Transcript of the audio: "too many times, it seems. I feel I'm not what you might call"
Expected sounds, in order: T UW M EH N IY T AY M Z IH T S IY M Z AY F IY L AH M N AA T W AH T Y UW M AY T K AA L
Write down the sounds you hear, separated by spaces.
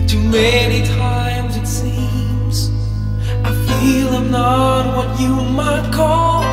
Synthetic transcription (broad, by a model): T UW M EH N IY T AY M Z IH T S IY M Z AY F IY L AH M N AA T W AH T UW M AY T K AA L